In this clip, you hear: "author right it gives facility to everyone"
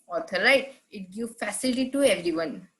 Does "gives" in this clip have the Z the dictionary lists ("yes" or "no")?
no